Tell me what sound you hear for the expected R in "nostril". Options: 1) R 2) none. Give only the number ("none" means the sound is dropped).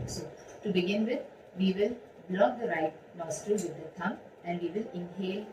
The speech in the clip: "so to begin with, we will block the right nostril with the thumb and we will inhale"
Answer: 2